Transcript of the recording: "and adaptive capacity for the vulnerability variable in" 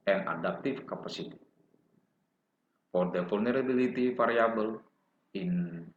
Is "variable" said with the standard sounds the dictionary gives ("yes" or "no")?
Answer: no